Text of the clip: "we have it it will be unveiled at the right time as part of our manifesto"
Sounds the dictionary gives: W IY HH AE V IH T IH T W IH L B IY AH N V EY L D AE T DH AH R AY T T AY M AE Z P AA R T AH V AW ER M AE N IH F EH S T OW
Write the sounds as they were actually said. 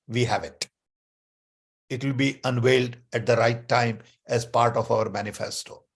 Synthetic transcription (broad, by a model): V IY HH AE V IH T IH T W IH L B IY AH N V EY L D AE T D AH R AY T T AY M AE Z P AA R T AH F AW ER M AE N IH F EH S T OW